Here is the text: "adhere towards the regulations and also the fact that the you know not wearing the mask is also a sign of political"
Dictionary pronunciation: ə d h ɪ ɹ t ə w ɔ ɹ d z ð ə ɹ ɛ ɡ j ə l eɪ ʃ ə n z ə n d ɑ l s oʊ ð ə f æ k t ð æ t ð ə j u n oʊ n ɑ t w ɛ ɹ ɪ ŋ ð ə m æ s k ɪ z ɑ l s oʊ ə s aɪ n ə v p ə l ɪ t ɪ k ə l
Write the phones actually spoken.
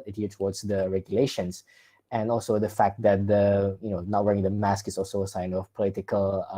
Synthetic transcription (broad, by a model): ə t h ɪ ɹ t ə w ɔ ɹ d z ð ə ɹ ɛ ɡ j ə l eɪ ʃ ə n s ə n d ɑ l s oʊ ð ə f æ k t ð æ t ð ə j u n oʊ n ɑ t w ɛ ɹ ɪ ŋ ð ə m æ s k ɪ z ɑ l s oʊ ə s aɪ n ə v p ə l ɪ t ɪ k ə l